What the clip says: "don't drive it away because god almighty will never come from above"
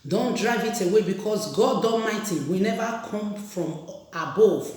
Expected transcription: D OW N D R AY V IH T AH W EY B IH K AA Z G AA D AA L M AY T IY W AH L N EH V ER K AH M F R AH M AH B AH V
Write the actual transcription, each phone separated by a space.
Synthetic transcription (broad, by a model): D OW N D R AY V IH T AH W EY B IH K AA S G AA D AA M AY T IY W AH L N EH V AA K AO M F R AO M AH B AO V